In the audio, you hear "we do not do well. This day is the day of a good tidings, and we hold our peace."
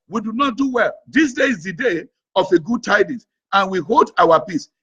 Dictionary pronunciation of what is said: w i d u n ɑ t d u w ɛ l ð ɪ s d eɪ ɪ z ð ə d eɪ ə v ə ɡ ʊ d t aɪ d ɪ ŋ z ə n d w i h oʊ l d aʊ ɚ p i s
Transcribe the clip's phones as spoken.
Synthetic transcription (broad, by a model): w i d u n ɑ t d u w ɛ l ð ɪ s d eɪ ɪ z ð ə d eɪ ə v ə ɡ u d t aɪ d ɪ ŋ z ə n w i h oʊ l d aʊ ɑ p i s